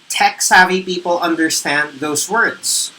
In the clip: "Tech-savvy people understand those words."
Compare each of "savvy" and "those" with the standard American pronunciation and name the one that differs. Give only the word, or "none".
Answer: none